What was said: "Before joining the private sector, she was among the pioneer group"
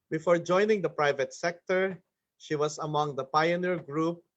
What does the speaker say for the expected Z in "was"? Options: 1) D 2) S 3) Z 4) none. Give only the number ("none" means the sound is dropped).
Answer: 2